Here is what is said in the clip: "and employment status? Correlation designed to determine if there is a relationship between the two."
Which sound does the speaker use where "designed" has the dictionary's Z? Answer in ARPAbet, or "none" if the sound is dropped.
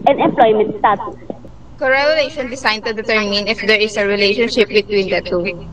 S